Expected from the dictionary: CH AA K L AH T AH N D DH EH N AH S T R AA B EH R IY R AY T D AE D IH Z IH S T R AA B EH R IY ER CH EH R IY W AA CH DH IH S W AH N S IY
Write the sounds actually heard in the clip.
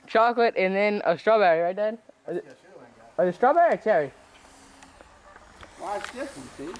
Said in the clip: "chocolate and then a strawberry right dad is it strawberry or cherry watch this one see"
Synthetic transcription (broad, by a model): CH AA K L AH T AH N DH EH N AH S T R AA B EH R IY R AY T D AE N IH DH IH S T R AA B EH R IY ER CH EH R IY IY